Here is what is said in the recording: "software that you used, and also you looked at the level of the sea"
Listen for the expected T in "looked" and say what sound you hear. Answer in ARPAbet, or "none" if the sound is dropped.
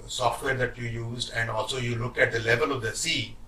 none